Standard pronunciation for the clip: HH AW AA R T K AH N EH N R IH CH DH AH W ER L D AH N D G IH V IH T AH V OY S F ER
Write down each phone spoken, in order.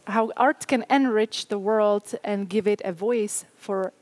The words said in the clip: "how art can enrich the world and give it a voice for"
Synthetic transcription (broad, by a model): HH AW AA R T K AH N EH N R IH CH DH AH W ER L D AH N G IH V IH T AH V OY S F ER